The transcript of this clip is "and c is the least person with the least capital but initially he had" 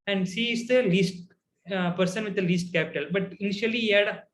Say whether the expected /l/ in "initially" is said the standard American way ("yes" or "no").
no